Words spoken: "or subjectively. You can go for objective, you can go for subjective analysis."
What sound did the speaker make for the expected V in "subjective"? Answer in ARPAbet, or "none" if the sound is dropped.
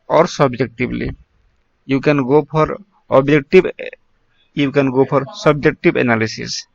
B